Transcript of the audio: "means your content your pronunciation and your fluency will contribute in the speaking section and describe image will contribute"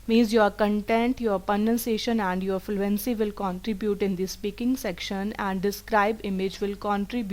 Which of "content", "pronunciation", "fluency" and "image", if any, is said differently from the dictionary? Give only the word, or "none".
pronunciation